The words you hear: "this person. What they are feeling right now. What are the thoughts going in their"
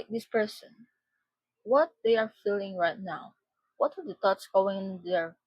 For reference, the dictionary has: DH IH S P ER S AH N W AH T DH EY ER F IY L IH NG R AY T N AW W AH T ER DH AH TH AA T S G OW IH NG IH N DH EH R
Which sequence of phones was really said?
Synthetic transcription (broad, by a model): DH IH S P ER S AH N W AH T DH EY ER F IY L IH NG R AY T N AW W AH T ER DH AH T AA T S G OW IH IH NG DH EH R